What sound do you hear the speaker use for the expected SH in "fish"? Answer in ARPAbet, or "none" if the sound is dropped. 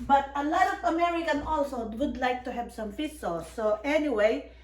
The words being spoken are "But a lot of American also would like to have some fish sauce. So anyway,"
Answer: S